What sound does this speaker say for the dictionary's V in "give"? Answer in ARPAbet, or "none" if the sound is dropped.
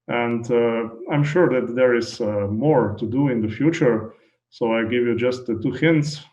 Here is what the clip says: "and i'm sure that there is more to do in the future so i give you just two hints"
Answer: V